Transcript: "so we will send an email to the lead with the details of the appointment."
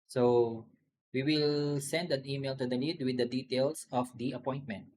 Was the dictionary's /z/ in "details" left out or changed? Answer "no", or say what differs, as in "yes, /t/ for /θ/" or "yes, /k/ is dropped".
yes, /s/ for /z/